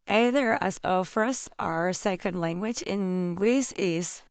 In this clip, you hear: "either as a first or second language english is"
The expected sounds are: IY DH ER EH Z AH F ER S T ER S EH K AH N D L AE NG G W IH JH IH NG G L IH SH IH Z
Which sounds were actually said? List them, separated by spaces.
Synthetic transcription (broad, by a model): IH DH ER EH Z AH F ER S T ER S EH K AH N D L AE NG G W IH JH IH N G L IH S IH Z